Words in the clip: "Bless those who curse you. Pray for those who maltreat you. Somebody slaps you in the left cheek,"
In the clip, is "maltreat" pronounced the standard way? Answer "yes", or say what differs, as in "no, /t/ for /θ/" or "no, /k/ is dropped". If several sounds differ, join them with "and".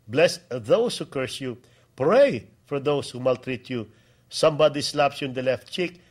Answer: yes